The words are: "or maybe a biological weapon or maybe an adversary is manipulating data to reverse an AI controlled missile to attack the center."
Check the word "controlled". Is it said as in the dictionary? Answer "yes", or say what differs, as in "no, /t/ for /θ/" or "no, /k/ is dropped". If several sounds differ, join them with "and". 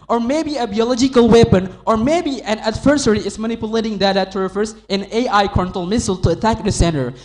no, /ɹ/ is dropped